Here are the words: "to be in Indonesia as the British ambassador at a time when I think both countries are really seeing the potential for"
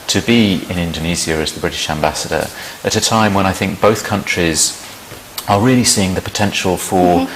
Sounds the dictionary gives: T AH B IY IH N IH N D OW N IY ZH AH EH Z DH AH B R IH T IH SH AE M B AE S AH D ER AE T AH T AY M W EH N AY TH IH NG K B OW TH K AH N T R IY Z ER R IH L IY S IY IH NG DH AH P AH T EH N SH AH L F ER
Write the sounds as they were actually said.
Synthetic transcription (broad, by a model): T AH B IY IH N IH N D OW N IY Z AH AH Z DH AH B R IH T IH SH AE M B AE S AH D ER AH T AH T AY M W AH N AY TH IH NG K B OW TH K AH N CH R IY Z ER R IH L IY S IY IH NG DH AH P AH T EH N SH AH L F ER